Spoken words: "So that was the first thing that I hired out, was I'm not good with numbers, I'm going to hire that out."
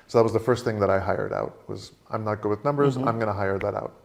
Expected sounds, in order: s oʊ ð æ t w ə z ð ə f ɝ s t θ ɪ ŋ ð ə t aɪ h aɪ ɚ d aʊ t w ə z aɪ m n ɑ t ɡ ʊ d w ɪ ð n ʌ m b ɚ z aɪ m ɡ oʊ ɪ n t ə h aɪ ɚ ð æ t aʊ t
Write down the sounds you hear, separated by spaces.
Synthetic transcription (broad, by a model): s oʊ ð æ t w ə z ð ə f ɝ s t θ ɪ ŋ ð ə t aɪ h aɪ ɚ d aʊ t w ə z aɪ m n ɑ t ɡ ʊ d w ɪ ð n ʌ m b ɚ z aɪ m ɡ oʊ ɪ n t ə h aɪ ɚ ð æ t aʊ t